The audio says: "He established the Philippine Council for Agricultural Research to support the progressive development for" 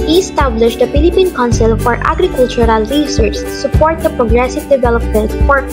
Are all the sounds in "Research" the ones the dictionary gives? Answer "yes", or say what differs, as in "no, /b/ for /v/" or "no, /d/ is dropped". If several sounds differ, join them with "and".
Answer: no, /s/ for /tʃ/